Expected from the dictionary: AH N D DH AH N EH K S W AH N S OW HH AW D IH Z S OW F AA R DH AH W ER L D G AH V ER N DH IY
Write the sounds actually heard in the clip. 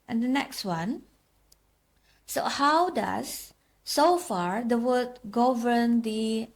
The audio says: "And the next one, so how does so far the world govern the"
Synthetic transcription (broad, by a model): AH N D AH N EH K S W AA N S OW HH AW D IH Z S OW F AA R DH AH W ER D G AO V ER N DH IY